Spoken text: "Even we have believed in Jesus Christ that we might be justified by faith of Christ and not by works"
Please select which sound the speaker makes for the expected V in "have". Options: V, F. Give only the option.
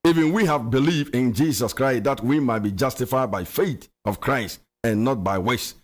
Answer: V